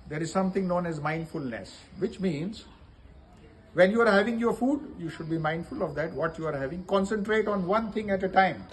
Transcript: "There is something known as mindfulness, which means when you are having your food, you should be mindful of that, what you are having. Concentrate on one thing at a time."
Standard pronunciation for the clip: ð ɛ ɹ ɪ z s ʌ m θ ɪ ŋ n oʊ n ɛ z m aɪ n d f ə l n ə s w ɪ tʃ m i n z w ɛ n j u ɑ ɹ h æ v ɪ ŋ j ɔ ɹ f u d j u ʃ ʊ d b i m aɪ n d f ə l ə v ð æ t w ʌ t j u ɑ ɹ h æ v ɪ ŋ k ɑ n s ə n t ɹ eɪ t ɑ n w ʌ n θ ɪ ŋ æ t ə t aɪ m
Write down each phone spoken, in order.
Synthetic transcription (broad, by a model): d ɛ ɹ ɪ z s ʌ m t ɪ ŋ n oʊ n ɛ z m aɪ n d f ə l n ə s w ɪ tʃ m i n z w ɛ n j u ɑ ɹ h æ v ɪ ŋ j ɔ ɹ f u d j u ʃ ʊ d b i m aɪ n d f ə l ə v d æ t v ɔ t j u ɑ ɹ h æ v ɪ ŋ k ɑ n s ə n t ɹ eɪ t ɑ n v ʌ n t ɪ ŋ æ t ə t aɪ m